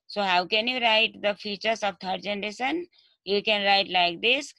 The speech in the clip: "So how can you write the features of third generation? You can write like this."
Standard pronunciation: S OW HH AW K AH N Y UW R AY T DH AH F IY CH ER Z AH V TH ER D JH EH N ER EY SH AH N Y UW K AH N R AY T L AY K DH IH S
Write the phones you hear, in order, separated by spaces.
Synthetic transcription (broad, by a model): S OW HH AW K AH N Y UW R AY T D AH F IY CH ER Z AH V T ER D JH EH N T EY S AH N Y UW K AH N R AY T L AY K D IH S